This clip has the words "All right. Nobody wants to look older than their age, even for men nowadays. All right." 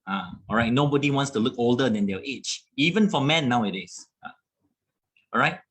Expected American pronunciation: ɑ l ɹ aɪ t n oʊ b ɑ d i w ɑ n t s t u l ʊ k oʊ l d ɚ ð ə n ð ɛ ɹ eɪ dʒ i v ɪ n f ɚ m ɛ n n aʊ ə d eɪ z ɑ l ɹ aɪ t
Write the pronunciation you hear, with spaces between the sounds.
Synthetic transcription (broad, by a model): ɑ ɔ ɹ aɪ t n oʊ b ɑ d i w ɑ n t s t u l ʊ k oʊ l d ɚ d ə n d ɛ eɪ tʃ i v ɪ n f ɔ m ɛ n n aʊ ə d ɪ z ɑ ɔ ɹ aɪ t